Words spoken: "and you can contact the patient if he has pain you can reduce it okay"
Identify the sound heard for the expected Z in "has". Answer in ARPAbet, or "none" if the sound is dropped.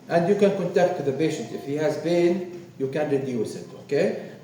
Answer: Z